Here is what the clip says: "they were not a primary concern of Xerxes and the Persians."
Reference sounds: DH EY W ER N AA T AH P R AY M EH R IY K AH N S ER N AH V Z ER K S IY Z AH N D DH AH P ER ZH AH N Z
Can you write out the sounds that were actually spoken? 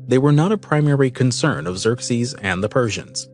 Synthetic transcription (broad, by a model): DH EY W ER N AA T AH P R AY M EH R IY K AH N S ER N AH V Z ER K S IY Z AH N DH AH P ER ZH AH N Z